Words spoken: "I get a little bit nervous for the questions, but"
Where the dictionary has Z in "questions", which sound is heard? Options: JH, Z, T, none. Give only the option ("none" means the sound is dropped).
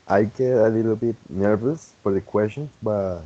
none